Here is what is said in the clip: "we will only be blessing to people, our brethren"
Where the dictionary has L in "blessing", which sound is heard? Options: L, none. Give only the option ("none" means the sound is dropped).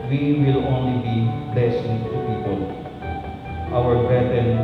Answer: none